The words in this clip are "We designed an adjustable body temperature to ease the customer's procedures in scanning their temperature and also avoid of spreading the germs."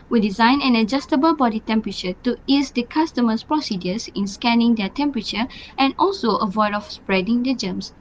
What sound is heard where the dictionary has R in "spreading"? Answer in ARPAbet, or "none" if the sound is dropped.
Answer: R